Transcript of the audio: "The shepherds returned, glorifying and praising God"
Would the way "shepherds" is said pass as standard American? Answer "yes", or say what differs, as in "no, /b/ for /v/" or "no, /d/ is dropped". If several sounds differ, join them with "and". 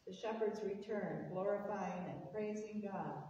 yes